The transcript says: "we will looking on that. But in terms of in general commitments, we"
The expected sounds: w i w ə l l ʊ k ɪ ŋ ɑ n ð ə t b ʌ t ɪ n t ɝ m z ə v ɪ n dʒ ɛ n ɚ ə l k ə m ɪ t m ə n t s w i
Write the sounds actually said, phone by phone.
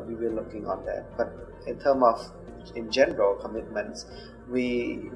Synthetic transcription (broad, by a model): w i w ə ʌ l ʊ k ɪ ŋ ɑ n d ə t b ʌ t ɪ n t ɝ m ə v ɪ n dʒ ɛ n ɚ ə l k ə m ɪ t m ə n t s w i